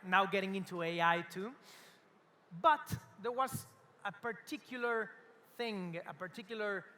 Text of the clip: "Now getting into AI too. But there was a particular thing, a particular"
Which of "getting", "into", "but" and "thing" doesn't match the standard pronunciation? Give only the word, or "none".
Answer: none